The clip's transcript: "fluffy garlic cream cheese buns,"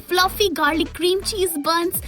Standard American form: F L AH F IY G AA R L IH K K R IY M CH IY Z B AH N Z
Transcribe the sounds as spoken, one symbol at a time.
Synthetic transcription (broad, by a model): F L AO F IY G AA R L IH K K R IY M CH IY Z B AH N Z